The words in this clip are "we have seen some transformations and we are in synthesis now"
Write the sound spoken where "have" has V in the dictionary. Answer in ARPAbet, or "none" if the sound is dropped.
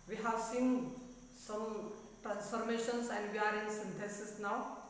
W